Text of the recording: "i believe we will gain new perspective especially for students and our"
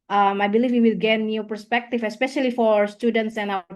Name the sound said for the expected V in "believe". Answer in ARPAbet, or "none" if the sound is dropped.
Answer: F